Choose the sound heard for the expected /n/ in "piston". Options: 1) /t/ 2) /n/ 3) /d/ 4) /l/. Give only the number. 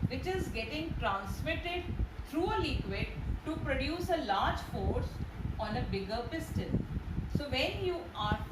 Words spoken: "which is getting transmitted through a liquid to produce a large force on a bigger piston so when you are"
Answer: 4